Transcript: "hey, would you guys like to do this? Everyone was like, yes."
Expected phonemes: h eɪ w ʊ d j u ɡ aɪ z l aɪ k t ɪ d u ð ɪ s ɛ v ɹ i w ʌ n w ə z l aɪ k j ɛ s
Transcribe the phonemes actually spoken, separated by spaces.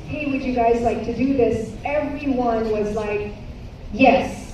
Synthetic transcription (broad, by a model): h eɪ w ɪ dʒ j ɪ ɡ aɪ z l aɪ k t ɪ d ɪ ð ɪ s ɛ v ɹ i w ʌ n w ə z l aɪ k j ɛ s